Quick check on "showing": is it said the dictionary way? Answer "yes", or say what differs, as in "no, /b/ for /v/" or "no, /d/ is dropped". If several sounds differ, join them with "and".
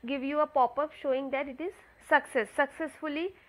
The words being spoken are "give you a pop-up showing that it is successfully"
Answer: yes